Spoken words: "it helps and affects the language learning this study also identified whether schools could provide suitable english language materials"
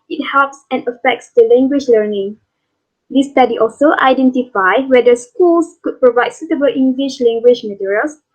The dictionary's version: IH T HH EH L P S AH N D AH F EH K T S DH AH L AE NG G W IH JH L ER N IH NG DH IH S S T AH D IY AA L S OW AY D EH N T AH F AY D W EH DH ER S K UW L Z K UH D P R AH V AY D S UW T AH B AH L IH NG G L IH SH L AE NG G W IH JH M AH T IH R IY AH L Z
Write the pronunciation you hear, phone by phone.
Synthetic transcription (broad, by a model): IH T HH EH L P S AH N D AH F EH K T S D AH L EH NG G W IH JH L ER N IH NG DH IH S S T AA D IY AA L S OW AY D EH N T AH F AY W EH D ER S K UW L S K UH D P R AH V AY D S UW T AH B AH L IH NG G L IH SH L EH NG G W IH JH M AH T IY R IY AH L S